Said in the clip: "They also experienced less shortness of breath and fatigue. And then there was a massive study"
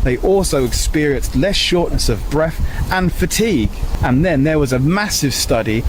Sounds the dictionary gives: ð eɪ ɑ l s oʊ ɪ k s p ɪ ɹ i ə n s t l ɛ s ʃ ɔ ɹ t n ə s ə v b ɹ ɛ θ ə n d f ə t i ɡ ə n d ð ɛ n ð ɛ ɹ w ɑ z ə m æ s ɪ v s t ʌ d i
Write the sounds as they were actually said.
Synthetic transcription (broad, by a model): ð eɪ ɑ l s oʊ ɪ k s p ɪ ɹ i ə n s t l ɛ s ʃ ɔ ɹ t n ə s ə v b ɹ ɛ θ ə n f ə t i ɡ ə n ð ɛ n ð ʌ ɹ w ɑ z ə m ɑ s ɪ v s t ʌ d i